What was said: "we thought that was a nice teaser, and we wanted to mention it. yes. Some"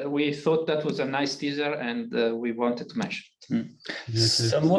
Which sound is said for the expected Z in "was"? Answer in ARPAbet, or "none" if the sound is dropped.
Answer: Z